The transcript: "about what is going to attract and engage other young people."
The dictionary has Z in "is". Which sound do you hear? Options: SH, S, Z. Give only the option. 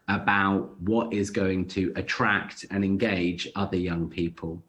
Z